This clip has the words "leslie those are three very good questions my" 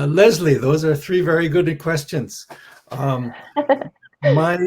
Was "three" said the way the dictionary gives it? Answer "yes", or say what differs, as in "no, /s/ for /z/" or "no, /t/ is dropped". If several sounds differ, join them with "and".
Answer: yes